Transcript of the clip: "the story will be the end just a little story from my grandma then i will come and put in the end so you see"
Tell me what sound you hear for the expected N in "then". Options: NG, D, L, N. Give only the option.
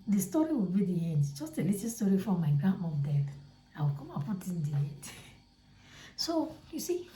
L